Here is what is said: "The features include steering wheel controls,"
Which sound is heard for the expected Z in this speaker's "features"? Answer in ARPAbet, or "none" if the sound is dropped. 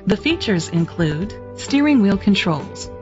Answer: Z